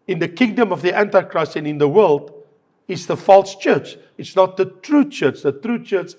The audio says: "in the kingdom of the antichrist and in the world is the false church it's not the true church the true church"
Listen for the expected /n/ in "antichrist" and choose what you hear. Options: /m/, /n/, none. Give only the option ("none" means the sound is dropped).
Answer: /n/